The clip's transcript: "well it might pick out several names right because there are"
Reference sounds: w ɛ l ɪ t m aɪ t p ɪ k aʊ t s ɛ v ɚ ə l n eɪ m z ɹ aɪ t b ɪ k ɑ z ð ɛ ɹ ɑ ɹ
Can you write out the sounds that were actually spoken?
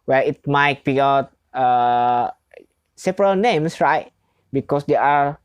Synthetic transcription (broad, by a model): w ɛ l ɪ t m aɪ t b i aʊ t s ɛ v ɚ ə l n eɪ m s ɹ aɪ t b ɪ k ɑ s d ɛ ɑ ɹ